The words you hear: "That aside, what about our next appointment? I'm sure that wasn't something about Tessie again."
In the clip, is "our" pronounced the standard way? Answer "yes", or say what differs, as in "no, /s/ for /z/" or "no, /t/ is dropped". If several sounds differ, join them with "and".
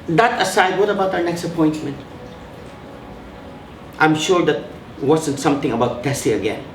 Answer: no, /w/ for /ɹ/